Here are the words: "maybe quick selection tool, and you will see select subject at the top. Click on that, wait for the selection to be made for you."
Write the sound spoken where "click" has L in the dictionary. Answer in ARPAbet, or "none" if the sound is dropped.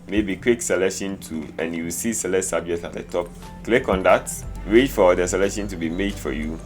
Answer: L